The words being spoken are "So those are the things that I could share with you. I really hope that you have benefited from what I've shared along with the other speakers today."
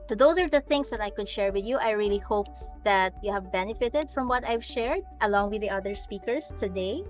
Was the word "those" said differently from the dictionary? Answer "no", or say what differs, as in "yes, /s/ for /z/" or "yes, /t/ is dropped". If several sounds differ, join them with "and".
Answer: yes, /s/ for /z/